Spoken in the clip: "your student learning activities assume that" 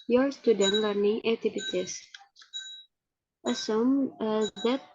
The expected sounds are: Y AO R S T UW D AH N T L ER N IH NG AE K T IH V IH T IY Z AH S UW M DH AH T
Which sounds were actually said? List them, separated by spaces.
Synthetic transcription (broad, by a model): Y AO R S T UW D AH N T L ER N IH NG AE T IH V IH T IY S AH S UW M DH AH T